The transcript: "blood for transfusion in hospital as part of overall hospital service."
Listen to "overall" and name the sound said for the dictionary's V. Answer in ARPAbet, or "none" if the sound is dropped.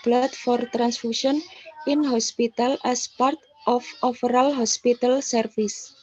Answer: F